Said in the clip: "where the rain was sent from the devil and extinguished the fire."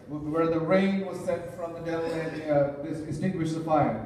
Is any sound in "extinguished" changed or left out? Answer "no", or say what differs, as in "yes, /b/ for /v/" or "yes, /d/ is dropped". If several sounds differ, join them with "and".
yes, /k/ is dropped